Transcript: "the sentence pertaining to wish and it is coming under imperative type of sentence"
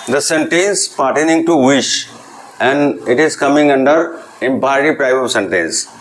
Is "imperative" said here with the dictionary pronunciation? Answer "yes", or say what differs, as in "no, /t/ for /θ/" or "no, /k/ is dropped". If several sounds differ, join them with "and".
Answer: no, /ɹ/ is dropped and /p/ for /v/